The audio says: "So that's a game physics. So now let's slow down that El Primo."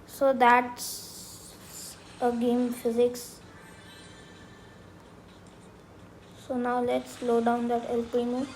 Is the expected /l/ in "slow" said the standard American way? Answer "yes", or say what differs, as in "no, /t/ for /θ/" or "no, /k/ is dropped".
yes